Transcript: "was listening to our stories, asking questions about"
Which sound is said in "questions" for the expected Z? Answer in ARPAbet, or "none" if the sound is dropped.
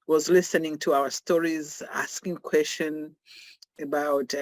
none